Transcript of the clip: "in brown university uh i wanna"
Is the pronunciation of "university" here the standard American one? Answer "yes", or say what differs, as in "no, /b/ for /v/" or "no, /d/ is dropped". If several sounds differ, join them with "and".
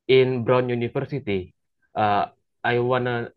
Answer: no, /f/ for /v/